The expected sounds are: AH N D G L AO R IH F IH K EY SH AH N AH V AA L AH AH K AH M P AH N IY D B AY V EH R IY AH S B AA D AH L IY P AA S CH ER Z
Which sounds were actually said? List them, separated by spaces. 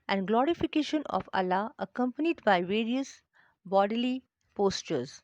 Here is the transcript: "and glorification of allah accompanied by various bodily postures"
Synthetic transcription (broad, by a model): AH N D G L AO R IH F IH K EY SH AH N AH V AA L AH AH K AH M P AH N IY D B AY V EH R IY AH S B AA D AH L IY P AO S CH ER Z